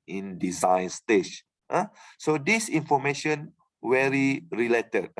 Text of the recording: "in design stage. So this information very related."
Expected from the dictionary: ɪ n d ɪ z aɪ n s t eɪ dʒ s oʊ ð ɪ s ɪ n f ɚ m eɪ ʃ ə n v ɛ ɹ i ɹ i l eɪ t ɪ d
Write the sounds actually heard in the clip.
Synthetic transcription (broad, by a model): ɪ n d ɪ z aɪ n s t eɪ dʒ s oʊ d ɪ s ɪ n f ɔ m eɪ ʃ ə n w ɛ ɹ i ɹ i l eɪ t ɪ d